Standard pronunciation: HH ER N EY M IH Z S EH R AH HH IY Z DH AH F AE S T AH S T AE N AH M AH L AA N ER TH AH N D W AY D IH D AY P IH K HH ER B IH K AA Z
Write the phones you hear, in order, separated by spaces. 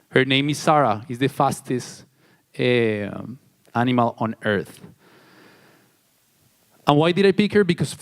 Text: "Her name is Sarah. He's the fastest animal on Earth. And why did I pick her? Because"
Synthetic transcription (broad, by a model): HH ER N EY M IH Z S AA R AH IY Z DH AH F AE S T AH S T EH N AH M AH L AA N ER TH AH N W AY D IH D AY P IH K HH ER B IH K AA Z